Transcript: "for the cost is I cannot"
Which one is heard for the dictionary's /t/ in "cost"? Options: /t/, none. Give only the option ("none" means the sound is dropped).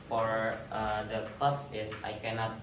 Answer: none